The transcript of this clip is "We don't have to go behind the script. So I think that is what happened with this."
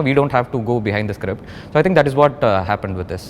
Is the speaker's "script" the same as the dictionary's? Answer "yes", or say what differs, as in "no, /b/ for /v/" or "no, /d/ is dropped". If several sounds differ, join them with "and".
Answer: yes